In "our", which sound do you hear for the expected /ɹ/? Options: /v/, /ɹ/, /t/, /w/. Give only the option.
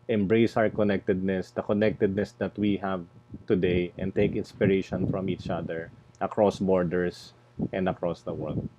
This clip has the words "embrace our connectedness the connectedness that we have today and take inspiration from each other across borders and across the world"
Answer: /ɹ/